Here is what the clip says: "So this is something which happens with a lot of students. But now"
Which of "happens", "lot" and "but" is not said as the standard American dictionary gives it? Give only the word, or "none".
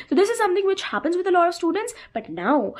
none